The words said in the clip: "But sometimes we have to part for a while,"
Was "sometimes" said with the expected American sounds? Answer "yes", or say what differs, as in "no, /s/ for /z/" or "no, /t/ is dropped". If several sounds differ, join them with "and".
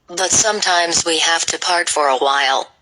yes